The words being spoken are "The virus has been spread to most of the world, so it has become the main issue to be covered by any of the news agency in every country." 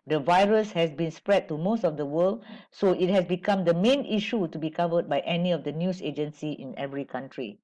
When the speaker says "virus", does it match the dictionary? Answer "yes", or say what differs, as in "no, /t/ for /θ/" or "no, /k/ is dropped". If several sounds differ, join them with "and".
yes